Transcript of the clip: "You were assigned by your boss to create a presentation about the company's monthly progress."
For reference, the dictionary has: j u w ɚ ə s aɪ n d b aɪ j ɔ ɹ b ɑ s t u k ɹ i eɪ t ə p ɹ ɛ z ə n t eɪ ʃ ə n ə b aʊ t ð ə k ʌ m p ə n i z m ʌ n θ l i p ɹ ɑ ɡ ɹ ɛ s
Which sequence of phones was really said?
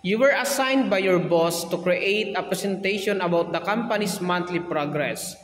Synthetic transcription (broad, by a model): j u w ɚ ə s aɪ n d b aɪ j ɔ ɹ b ɑ s t u k ɹ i eɪ t ə p ɹ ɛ s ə n t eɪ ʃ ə n ə b aʊ t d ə k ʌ m p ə n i s m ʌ n t l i p ɹ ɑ ɡ ɹ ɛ s